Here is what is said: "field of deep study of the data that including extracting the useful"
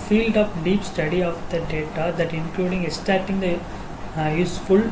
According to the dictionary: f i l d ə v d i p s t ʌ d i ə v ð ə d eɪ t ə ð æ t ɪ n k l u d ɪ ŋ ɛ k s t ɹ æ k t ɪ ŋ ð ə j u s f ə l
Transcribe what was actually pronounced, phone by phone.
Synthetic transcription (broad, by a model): f i l d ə p d i p s t ʌ d i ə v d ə d eɪ t ə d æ t ɪ n k l u d ɪ ŋ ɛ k s t æ t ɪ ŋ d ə j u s f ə l